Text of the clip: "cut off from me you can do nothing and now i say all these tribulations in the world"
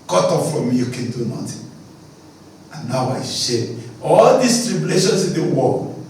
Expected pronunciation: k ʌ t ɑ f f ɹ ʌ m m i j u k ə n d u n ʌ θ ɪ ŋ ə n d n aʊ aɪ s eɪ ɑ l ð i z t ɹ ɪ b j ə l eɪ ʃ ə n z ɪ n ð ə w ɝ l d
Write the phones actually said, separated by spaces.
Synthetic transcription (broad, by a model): k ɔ t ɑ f f ɹ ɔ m m i j u k ə n d u n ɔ t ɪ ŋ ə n n aʊ aɪ ʃ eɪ ɑ l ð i s t ɹ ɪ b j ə l eɪ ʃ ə n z ɪ n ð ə w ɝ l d